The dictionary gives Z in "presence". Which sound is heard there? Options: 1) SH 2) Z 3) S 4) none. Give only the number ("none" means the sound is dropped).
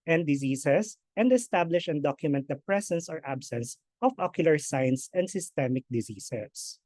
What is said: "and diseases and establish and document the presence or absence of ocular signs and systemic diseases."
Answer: 3